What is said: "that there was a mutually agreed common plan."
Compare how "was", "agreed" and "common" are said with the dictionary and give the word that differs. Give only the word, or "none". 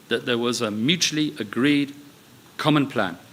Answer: none